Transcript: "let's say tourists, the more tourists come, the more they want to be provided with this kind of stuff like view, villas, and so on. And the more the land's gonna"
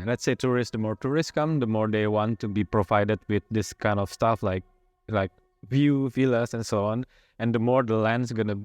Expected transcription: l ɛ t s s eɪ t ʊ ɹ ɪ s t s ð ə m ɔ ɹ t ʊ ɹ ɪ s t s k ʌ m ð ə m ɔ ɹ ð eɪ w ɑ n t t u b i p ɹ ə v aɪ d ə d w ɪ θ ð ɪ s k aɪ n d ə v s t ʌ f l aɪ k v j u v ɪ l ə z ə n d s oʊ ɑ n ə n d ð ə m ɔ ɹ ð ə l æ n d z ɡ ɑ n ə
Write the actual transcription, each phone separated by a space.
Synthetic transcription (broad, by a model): l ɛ t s s eɪ t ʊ ɹ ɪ s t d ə m ɔ ɹ t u ɹ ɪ s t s k ʌ m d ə m ɔ ɹ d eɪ w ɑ n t t u b i p ɹ ə v aɪ d ə d w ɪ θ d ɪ s k aɪ n d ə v s t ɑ f l aɪ k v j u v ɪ l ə s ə n s oʊ ɑ n ə n d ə m ɔ ɹ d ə l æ n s ɡ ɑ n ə